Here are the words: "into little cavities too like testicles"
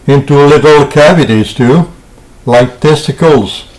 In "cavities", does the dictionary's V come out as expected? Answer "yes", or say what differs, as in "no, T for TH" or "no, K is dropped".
yes